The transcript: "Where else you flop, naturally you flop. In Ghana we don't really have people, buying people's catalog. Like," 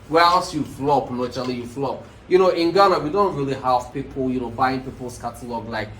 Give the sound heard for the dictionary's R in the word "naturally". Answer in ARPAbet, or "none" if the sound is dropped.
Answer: none